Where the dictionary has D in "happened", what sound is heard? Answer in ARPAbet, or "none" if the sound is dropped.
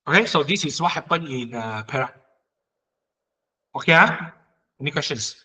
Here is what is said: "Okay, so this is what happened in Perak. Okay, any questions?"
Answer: none